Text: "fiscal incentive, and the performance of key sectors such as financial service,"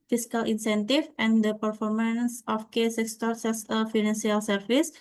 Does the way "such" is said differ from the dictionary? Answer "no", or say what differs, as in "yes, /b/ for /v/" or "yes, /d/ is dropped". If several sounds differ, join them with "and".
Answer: yes, /s/ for /tʃ/